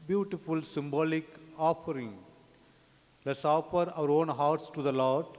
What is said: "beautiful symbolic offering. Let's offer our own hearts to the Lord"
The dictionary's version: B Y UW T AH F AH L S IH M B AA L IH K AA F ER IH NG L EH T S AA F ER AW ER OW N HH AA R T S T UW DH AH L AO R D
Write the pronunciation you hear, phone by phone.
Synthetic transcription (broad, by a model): B Y UW T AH F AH L S IH M B AA L IH K AA F ER IH NG L EH T S AA F ER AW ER OW N HH AA R T S T UW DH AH L AO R D